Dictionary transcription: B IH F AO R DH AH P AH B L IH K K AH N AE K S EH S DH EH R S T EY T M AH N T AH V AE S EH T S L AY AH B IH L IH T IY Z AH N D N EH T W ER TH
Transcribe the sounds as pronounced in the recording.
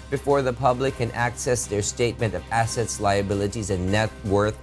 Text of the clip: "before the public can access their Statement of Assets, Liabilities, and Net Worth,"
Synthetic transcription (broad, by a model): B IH F AO R DH AH P AH B L IH K K AH N AE K S EH S DH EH R S T EY T M AH N T AH V AE S EH T S L AY AH B IH L IH T IY Z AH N N EH T W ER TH